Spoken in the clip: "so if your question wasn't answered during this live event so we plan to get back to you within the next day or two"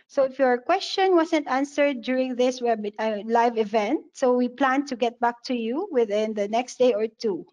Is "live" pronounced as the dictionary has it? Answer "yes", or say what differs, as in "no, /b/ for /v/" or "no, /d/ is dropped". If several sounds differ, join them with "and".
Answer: yes